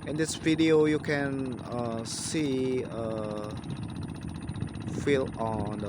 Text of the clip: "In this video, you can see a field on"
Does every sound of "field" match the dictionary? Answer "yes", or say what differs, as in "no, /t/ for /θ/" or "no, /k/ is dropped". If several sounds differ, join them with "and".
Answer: no, /d/ is dropped